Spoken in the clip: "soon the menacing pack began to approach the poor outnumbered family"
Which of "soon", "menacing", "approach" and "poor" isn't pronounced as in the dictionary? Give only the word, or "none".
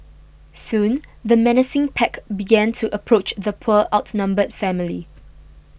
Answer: poor